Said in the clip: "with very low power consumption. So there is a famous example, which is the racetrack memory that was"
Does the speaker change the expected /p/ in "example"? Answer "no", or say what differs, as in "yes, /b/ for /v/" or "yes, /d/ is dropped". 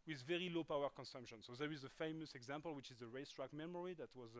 no